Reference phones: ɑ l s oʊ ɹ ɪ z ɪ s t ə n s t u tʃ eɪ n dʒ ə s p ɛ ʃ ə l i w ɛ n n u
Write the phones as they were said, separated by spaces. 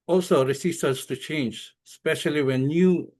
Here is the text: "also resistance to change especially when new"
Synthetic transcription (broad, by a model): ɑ l s oʊ ɹ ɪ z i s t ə s t u tʃ eɪ n dʒ s p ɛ ʃ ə l i w ɛ n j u